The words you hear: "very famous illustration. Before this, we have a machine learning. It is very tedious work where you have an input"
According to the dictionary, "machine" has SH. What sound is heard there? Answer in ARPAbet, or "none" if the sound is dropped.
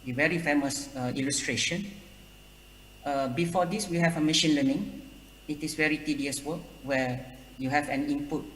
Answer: SH